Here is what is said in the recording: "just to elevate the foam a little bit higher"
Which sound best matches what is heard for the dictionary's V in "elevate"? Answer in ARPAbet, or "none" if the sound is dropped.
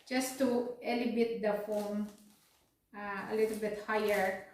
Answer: B